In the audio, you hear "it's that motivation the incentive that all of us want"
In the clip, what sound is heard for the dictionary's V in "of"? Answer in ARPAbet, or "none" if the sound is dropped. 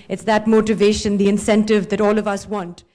V